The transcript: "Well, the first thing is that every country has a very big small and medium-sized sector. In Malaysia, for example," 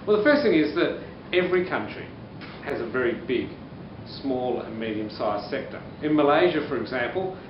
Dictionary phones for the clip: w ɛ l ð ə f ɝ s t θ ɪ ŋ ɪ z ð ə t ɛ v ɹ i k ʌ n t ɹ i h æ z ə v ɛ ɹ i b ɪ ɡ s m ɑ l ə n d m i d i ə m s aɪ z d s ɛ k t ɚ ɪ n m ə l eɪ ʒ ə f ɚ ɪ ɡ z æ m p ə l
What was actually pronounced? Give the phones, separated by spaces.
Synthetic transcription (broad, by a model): w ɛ l ð ə f ɝ s t θ ɪ ŋ ɪ z ð ə t ɛ v ɹ i k ʌ n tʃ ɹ i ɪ z ə v ɛ ɹ i b ɪ ɡ s m ɑ l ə n m i d i ə m s aɪ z s ɛ k t ɚ ɪ n m ə l eɪ ʒ ə f ɚ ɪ ɡ z æ m p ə l